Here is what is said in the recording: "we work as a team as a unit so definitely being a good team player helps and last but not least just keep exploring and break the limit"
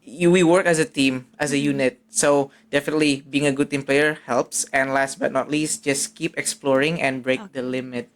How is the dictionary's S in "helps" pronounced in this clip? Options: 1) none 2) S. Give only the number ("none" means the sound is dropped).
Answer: 2